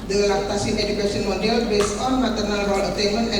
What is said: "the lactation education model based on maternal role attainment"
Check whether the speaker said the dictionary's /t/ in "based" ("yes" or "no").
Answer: no